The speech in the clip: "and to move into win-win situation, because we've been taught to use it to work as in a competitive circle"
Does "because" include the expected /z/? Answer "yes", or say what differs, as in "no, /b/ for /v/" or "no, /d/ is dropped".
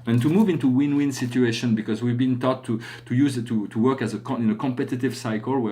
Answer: yes